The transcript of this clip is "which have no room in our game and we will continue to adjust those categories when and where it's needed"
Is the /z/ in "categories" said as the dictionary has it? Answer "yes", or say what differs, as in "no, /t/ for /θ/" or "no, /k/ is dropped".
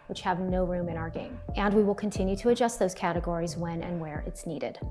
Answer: yes